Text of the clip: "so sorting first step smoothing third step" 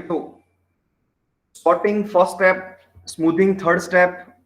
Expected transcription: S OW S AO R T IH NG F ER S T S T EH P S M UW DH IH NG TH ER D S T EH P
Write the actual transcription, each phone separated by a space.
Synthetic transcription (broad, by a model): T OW S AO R T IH NG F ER T S T EH P S M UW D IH NG T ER D S T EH P